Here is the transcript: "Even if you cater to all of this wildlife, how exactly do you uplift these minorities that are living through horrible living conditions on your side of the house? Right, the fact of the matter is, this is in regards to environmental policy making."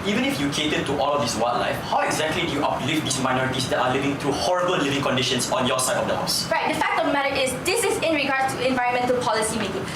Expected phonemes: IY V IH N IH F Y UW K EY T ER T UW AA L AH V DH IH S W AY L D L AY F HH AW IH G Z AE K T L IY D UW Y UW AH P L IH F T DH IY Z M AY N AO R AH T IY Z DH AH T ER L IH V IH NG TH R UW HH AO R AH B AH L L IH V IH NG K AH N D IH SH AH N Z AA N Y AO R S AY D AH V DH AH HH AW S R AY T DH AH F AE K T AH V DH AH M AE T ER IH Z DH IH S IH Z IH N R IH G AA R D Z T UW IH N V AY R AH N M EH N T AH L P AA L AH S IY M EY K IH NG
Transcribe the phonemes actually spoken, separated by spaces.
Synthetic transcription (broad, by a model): IY V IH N IH F Y UW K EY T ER T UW AA L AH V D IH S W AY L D L AY F HH AW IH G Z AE K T L IY D UW Y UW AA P L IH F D IY S M AY N AO R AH T IY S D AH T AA L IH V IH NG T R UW HH AO R AH B AH L L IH V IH NG K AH N D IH SH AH N S AA N Y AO S AY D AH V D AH HH AW S R AY T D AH F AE K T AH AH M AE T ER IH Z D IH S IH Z IH N R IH G AA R D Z T UW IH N V AY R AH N M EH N T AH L P AA L AH S IY M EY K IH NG